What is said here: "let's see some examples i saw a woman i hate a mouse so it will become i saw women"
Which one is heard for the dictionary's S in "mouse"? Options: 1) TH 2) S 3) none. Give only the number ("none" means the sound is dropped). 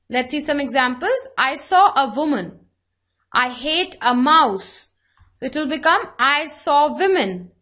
2